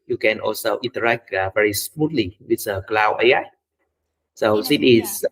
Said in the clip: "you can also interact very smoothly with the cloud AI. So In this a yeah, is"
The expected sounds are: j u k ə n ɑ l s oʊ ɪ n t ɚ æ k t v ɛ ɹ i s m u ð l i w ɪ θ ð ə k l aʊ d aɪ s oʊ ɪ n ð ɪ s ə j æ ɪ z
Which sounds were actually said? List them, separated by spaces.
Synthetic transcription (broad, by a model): j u k ə n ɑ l s oʊ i n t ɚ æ k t v ɛ ɹ i s m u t l i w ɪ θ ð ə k l aʊ aɪ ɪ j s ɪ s ə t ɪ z